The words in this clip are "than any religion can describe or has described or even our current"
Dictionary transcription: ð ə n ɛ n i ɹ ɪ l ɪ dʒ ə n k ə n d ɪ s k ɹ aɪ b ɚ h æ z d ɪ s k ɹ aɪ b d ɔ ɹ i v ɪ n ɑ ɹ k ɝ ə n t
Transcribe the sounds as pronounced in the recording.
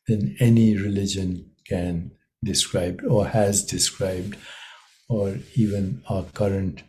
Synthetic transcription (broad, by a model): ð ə n ɛ n i ɹ ɪ l ɪ dʒ ə n k ə n d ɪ s k ɹ aɪ b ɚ h æ z d ɪ s k ɹ aɪ b d ɔ ɹ i v ɪ n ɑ k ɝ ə n t